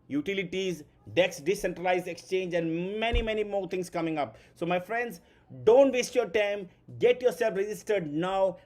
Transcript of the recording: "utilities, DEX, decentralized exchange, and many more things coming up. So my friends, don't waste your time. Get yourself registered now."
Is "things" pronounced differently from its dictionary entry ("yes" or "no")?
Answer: yes